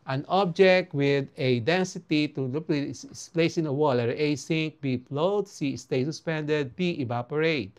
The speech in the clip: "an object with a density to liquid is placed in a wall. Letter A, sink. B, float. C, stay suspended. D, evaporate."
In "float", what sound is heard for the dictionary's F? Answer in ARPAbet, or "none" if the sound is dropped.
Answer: P